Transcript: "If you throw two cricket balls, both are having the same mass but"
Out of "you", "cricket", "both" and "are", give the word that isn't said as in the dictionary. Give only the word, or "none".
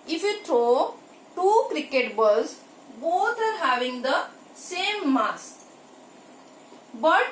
both